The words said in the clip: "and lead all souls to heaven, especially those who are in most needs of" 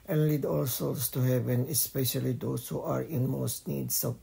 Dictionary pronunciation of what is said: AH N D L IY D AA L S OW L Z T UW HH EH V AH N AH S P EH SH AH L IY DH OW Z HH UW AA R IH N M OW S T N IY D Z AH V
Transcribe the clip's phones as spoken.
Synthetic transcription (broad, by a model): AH N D L IY D AA L S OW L S T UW HH EH V AH N AH S P EH SH AH L IY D OW S HH UW AA R IH N M OW S T N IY D S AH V